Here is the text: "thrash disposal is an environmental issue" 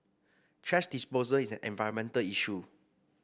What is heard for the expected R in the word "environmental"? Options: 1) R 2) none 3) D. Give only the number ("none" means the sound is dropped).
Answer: 2